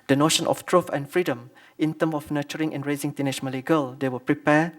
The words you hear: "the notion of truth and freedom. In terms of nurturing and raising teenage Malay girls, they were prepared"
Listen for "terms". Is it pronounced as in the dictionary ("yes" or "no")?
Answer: no